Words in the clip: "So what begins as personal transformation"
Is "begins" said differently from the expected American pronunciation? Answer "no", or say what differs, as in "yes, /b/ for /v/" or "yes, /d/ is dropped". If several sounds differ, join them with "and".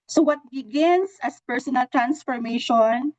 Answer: yes, /s/ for /z/